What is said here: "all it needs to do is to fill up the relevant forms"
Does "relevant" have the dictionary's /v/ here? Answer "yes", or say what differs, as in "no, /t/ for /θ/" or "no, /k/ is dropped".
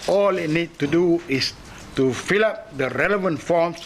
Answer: yes